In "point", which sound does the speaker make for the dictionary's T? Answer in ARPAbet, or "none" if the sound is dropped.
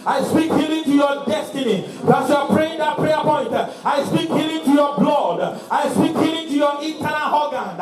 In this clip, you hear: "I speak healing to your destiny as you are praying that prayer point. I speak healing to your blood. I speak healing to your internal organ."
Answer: T